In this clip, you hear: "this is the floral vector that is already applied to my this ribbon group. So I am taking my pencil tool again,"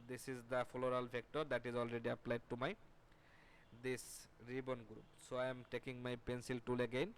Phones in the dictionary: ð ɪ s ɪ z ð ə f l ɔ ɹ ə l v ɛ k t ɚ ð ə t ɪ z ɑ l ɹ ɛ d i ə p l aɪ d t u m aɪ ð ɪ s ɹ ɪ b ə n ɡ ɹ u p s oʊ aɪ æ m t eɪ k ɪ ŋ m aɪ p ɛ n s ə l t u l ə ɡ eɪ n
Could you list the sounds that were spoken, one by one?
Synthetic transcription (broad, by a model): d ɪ s ɪ z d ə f l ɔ ɹ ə l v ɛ k t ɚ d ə t ɪ z ɑ l ɹ ɛ d i ə p l aɪ d t u m aɪ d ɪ s ɹ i b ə n ɡ ɹ u p s oʊ aɪ m t eɪ k ɪ ŋ m aɪ p ɛ n s ə l t u l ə ɡ eɪ n